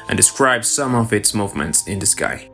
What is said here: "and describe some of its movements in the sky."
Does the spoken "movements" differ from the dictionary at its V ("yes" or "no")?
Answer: no